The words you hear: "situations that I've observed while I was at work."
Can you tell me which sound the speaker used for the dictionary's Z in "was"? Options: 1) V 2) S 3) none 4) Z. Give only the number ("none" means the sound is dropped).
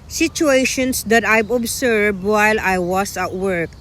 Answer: 2